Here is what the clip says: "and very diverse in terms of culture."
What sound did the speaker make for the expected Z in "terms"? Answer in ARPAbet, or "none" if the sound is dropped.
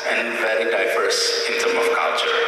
none